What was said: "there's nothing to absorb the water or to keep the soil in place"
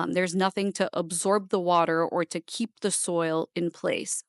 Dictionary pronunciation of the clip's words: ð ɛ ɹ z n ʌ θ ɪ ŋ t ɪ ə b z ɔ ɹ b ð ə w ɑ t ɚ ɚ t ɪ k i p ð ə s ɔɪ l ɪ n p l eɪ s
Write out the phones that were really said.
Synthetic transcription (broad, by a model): ð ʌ ɹ z n ʌ θ ɪ ŋ t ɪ ə b z ɔ ɹ b ð ə w ɑ t ɚ ɚ t ɪ k i p ð ə s ɔɪ l ɪ n p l eɪ s